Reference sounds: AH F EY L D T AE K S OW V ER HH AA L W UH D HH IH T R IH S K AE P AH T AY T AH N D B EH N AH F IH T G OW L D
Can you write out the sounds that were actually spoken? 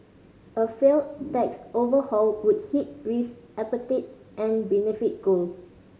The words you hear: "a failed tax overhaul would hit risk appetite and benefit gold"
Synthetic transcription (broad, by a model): AH F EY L T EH K S OW V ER HH AA L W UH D HH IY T R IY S AE P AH T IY T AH N B EH N AH F IH T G OW L